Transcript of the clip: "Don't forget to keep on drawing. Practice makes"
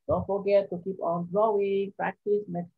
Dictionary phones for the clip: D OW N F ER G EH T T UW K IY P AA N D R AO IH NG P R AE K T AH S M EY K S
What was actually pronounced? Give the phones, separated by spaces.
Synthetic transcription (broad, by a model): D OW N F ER G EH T T UW K IY P AA N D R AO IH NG P R AE K T AH S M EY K